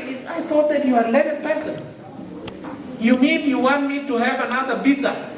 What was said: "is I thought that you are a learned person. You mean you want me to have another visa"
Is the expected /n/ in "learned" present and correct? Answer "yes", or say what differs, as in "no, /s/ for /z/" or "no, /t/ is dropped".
no, /n/ is dropped